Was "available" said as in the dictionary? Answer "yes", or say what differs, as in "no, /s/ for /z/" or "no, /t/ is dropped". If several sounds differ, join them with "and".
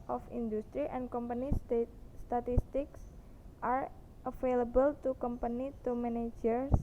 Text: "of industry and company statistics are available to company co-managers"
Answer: no, /f/ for /v/